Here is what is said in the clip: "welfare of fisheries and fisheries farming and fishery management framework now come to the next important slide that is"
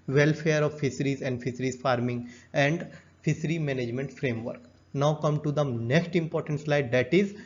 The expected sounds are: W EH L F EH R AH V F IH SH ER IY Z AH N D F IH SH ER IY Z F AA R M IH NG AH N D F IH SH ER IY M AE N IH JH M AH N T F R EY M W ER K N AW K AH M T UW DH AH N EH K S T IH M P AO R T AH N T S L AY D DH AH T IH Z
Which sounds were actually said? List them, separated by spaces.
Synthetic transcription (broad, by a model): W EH L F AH R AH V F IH S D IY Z AH N D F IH S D IY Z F AA R M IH NG AH N D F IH S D IY M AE N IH JH M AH N T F R EY M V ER K N AW K AH M T UW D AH N EH K S T IH M P AO R T AH N T S L AY D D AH T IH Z